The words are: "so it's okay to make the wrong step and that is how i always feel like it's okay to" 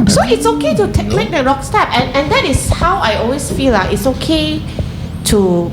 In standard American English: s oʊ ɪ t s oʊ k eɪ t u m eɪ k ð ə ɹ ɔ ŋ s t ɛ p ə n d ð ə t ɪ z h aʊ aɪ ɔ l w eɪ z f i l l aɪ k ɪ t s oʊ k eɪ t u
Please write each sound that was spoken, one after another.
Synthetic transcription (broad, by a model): s oʊ ɪ t s oʊ k eɪ t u m eɪ k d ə ɹ ɔ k s t ɛ p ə n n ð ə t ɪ s h aʊ aɪ ɔ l w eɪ s f i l l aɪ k ɪ t s oʊ k eɪ t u